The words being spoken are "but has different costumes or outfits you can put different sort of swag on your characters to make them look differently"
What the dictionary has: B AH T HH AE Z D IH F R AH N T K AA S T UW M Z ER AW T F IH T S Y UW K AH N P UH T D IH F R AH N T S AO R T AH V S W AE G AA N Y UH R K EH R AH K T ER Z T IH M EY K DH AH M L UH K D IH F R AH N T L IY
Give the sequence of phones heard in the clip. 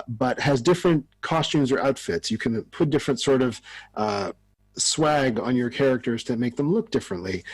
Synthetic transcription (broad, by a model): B AH T HH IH Z D IH F R AH N T K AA S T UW M Z ER AW T F IH T S Y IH K AH N P UH T D IH F R AH N T S AO R T AH V S W AE G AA N Y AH R K EH R AH K T ER Z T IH M EY K DH AH M L UH K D IH F R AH N T L IY